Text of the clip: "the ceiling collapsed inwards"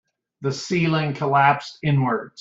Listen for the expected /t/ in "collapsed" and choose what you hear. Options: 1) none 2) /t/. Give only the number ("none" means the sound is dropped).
1